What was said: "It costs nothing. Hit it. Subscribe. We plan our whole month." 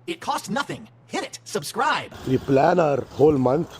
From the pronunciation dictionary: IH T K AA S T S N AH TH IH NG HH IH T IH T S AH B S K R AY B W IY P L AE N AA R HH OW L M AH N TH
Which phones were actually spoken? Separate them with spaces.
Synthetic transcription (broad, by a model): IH T K AA S T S N AH TH IH NG HH IH T IH T S AH B S K R AY B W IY P L AE N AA R HH OW L M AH N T